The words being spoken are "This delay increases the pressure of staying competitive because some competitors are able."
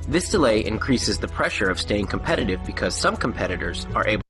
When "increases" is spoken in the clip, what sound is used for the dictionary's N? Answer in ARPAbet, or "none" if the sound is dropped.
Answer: N